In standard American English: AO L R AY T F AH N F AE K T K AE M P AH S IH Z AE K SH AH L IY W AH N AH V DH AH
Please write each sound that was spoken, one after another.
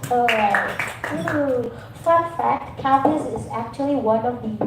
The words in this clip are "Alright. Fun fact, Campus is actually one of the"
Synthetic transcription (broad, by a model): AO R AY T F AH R F AE K T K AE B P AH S IH Z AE K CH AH L IY W AH N AH V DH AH